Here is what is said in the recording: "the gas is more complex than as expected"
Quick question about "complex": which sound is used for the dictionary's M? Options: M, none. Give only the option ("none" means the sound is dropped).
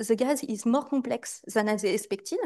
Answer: none